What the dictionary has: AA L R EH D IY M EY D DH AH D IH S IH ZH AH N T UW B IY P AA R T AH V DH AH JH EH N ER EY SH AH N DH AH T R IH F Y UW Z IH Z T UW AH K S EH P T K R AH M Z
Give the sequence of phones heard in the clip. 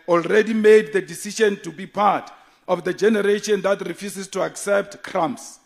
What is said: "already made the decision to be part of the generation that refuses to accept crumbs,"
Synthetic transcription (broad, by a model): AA L R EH D IY M EY D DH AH D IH S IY SH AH N T UW B IY P AA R T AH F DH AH JH EH N ER EY SH AH N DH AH T R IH F Y UW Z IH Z T UW AH K S EH P T K R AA M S